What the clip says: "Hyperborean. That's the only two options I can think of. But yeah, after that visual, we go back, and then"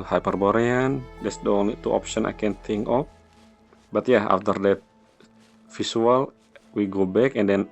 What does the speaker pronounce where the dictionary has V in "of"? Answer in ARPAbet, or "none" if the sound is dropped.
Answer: P